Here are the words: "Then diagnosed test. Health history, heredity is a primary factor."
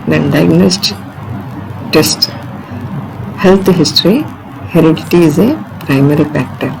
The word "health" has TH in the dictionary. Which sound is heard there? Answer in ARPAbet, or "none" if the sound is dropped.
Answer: T